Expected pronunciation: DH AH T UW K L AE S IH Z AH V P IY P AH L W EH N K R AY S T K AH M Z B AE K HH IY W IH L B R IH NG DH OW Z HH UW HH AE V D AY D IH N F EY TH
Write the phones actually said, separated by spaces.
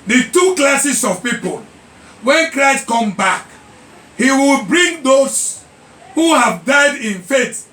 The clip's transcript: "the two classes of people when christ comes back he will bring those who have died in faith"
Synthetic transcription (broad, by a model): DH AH T UW K L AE S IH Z AH V P IY P AH L W EH N K R AY S T K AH M B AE K HH IY W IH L B R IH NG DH OW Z HH UW HH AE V D AY D IH N F EY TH